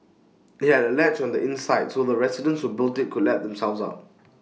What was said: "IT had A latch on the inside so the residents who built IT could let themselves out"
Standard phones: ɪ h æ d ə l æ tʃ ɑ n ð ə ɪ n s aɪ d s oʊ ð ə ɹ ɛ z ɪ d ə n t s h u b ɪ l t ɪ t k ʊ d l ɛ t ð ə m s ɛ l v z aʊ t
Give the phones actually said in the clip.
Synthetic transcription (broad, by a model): ɪ h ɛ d ə l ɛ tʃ ɑ n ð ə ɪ n s aɪ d s oʊ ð ə ɹ ɛ s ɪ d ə n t s h u b ɪ l t ɪ t k ʊ d l ɛ t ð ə m s ɛ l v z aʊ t